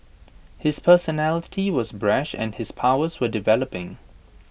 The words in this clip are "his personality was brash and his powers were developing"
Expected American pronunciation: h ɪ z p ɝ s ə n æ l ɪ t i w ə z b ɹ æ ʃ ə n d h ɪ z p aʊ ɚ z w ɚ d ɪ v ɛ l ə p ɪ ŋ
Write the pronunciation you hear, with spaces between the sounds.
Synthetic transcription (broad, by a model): h ɪ z p ɝ s ə n æ l ɪ t i w ə z b ɹ æ ʃ ə n d h ɪ z p aʊ ɚ z w ɚ d ɪ v ɛ l ə p ɪ ŋ